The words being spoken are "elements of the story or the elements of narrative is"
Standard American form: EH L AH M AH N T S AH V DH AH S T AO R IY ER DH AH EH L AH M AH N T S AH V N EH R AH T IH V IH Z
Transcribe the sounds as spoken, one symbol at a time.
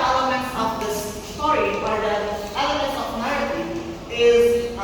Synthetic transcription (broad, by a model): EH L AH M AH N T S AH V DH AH S T AO R IY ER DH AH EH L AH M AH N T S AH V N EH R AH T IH IH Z